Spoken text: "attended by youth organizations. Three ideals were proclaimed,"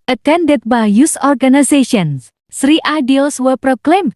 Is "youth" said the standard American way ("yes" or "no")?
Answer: no